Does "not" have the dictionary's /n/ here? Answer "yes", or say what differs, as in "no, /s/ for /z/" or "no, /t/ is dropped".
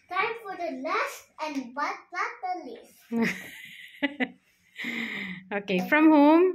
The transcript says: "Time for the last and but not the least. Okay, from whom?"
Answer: no, /l/ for /n/